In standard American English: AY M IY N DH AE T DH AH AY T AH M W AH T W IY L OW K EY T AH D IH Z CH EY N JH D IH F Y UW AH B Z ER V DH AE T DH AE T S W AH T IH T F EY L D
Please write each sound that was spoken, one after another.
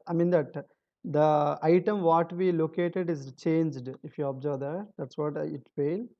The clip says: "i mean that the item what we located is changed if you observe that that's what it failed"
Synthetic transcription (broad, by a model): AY M IY N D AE T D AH AY T AH M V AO T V IY L OW K EY T AH D IH Z CH EY N JH D IH F Y UW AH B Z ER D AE T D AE T S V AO T IH T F EY L